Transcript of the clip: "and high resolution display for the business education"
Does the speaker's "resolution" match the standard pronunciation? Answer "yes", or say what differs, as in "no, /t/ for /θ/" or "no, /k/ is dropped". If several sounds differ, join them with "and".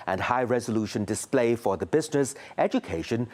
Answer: yes